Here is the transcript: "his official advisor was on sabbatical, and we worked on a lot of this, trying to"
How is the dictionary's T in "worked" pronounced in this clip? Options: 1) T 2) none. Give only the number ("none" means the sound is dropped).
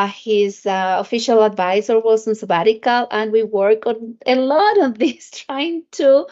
2